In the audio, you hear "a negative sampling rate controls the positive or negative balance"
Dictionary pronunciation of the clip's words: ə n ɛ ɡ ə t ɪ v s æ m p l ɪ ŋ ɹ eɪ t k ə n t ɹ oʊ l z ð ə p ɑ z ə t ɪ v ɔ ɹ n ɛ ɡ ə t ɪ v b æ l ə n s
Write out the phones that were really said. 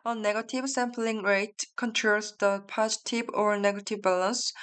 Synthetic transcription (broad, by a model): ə n ɛ ɡ ə t ɪ v s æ m p l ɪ ŋ ɹ eɪ t k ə n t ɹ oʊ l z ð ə p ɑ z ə t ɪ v ɔ ɹ n ɛ ɡ ə t ɪ v b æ l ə n s